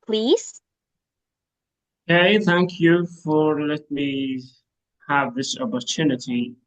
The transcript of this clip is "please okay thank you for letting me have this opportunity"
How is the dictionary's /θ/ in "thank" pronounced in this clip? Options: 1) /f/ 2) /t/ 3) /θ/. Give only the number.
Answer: 3